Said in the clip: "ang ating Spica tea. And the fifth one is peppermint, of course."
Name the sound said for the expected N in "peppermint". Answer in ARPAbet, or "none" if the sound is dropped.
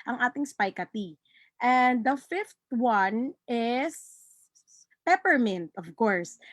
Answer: N